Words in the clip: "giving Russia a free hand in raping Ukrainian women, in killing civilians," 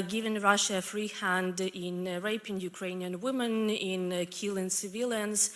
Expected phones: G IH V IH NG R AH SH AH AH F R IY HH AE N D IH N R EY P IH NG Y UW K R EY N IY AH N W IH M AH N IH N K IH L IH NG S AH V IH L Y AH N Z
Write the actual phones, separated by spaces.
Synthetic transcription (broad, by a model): G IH V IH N R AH SH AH AH F R IY HH AE N D IH N R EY P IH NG Y UW K R EY N IY AH N W IH M AH N IH N K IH L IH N S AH V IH L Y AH N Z